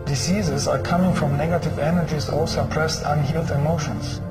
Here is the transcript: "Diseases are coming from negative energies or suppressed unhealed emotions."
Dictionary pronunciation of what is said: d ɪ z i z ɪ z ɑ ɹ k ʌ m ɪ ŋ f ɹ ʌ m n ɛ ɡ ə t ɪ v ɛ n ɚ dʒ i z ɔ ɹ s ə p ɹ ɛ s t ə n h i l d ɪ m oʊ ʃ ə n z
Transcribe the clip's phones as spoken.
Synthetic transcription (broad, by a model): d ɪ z i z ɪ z ɑ ɹ k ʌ m ɪ ŋ f ɹ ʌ m n ɛ ɡ ə t ɪ v ɛ n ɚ dʒ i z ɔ l s ə p ɹ ɛ s t ə n h i l d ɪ m oʊ ʃ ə n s